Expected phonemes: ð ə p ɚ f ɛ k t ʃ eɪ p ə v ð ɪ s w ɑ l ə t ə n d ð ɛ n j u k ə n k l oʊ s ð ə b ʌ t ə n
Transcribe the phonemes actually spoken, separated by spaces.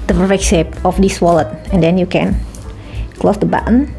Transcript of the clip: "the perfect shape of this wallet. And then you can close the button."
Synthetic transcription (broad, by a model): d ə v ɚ ɛ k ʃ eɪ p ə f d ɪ s w ɑ l ə t ə n d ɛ n j u k ə n k l oʊ s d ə b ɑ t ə n